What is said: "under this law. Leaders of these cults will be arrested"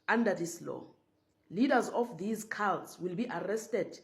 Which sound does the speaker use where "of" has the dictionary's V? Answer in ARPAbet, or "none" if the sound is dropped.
F